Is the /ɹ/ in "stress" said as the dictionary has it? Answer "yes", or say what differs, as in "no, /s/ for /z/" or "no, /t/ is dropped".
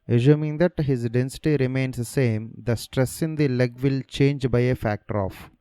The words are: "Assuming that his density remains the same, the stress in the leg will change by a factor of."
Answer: yes